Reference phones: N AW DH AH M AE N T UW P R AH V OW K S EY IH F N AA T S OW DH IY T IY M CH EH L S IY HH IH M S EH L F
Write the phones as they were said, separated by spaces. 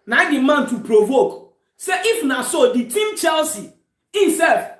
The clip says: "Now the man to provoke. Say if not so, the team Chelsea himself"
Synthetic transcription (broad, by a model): N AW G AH M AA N T UW P R AH V OW K S EY IH F N AA S OW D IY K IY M CH EH L S IY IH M S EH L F